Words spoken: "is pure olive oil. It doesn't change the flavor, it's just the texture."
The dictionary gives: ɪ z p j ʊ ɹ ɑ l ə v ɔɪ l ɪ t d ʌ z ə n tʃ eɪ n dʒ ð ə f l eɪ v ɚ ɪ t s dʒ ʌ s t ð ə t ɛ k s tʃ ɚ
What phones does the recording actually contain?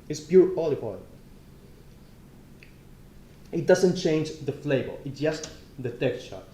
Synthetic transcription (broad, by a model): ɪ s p j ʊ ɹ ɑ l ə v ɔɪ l ɪ t d ʌ z ə n tʃ eɪ n dʒ ð ə f l eɪ b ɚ ɪ t s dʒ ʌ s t ð ə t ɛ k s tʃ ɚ